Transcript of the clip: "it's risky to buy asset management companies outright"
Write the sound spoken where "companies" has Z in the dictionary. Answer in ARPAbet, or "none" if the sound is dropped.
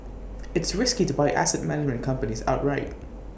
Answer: Z